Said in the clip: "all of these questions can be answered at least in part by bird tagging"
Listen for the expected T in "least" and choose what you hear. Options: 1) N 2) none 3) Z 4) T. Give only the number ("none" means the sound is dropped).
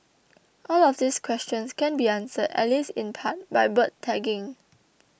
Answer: 2